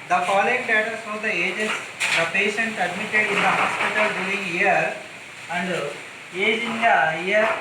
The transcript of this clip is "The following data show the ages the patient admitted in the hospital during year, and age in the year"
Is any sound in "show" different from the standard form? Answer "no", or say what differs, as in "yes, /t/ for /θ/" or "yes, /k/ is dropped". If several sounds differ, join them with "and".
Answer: yes, /s/ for /ʃ/